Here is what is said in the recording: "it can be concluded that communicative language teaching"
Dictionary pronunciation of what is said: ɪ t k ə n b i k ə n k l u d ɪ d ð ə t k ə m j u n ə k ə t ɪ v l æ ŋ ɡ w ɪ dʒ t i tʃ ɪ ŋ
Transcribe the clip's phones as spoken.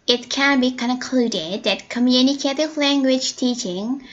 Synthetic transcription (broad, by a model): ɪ t k ə n b i k ə n k l u d ɪ d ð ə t k ə m j u n ə k ə t ɪ v l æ ŋ ɡ w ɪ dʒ t i tʃ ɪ ŋ